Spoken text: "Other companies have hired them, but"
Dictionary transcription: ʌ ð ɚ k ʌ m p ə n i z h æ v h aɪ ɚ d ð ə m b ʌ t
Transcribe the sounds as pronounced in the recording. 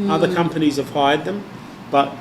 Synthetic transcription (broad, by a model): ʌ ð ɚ k ʌ m p ə n i z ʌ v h aɪ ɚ d ð ə m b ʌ t